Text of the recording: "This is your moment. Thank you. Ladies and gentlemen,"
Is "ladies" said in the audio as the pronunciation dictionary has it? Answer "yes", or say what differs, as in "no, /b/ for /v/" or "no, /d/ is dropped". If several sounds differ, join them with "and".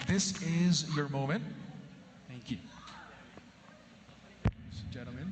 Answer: no, /s/ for /z/